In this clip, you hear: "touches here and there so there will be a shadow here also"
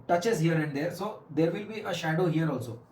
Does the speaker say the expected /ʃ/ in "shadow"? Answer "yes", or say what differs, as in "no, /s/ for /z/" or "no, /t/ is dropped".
yes